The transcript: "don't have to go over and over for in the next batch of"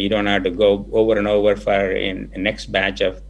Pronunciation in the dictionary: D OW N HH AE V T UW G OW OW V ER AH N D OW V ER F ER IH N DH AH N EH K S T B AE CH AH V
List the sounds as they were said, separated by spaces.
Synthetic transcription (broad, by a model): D OW N HH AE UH T UW G OW OW V ER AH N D OW V ER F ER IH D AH N EH K S T B AE CH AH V